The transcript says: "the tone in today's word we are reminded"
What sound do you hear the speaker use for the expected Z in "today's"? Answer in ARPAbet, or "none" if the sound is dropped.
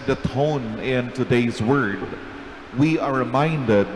Z